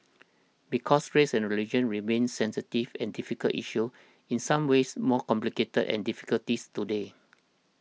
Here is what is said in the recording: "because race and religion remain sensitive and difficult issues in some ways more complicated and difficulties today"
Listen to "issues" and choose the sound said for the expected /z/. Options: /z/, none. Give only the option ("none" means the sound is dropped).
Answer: none